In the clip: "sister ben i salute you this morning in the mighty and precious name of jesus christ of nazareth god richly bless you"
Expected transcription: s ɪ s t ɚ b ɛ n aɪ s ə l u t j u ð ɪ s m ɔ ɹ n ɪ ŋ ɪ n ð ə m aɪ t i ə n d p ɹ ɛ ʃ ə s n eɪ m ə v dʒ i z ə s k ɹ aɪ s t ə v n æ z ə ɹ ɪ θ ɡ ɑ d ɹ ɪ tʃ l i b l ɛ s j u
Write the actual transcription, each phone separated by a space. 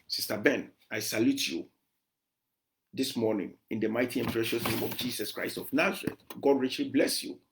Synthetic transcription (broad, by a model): s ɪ s t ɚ b ɛ n aɪ s ə l u t j u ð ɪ s m ɔ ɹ n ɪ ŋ ɪ n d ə m aɪ t i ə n p ɹ ɛ ʃ ə s n eɪ m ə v dʒ i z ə s k ɹ aɪ s t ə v n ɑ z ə ɹ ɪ t ɡ ɑ d ɹ ɪ tʃ l i b l ɛ s j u